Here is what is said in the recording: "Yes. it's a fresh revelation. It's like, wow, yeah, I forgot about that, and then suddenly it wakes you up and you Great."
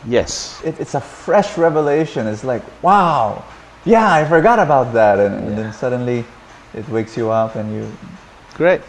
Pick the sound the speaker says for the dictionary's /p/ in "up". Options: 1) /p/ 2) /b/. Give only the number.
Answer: 1